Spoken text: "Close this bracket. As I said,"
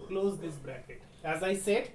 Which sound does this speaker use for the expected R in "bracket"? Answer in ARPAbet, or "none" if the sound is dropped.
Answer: R